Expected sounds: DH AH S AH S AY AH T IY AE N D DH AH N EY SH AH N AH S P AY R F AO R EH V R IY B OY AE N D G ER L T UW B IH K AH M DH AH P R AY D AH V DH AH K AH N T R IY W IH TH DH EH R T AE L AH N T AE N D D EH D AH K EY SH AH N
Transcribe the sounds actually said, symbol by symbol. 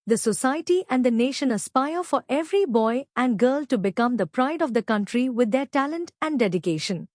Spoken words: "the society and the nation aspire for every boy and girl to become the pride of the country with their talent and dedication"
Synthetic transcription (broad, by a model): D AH S AH S AY AH T IY AE N D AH N EY SH AH N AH S P AY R F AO R EH V R IY B OY AE N D G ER L T UW B IH K AH M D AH P R AY D AH V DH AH K AH N T R IY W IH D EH R T AE L AH N T AE N D D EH D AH K EY SH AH N